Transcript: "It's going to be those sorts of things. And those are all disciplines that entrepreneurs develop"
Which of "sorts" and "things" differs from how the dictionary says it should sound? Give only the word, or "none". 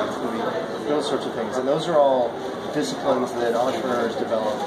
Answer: none